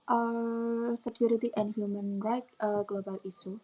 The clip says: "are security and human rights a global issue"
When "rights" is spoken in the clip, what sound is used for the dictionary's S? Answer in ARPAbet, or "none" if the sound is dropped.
none